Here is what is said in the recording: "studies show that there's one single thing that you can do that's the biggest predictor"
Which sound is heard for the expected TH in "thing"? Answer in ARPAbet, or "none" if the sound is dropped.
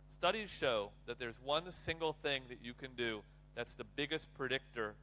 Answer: TH